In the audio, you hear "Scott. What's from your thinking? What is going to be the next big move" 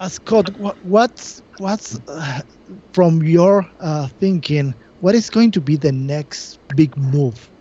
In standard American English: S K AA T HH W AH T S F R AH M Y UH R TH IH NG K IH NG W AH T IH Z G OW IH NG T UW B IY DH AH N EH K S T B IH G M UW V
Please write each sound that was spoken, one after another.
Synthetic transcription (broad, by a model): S K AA T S W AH T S F R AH M Y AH R TH IH NG K IH NG W AH T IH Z G OW IH NG T UW B IY DH AH N EH K S T B IH G M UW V